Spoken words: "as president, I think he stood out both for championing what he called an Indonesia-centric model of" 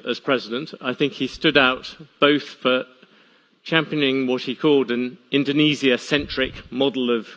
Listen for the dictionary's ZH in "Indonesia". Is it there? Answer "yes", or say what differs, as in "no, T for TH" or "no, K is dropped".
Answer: no, Z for ZH